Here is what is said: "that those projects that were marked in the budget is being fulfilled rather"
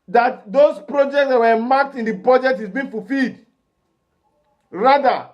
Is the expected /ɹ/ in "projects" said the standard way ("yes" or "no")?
yes